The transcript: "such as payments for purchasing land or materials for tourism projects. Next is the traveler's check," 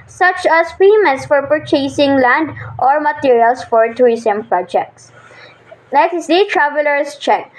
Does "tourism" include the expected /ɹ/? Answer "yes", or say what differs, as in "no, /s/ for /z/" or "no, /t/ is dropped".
no, /ɹ/ is dropped